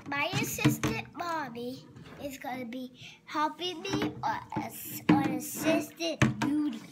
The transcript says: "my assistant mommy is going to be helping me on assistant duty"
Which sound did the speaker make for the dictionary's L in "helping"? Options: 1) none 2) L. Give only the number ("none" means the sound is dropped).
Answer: 1